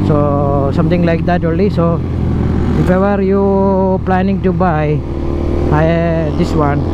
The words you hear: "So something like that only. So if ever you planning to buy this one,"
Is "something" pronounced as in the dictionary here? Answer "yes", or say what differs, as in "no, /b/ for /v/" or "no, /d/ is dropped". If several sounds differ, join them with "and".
no, /t/ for /θ/